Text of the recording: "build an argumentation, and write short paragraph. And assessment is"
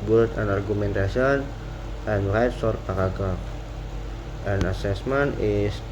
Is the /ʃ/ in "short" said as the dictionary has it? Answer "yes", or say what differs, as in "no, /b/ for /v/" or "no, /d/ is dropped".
no, /s/ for /ʃ/